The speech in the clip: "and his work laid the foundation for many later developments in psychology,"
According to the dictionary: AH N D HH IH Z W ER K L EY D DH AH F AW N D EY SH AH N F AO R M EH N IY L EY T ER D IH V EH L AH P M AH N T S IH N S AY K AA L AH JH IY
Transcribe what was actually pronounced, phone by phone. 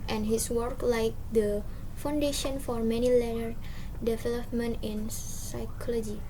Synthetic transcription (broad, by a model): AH N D HH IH S W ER K L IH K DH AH F AW N D EY SH AH N F AO R M EH N IY L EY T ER D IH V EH L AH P M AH N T IH N S AY K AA L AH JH IY